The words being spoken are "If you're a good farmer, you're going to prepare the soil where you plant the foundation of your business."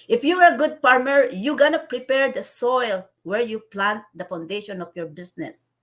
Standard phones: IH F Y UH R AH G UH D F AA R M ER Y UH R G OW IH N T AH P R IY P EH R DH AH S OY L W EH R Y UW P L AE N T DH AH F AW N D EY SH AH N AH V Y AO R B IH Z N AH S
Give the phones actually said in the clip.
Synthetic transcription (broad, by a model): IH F Y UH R AH G UH D P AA R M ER Y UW G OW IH N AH P R IY P EH R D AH S OY L W EH R Y UW P L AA N T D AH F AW N D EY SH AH N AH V Y AO R B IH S N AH S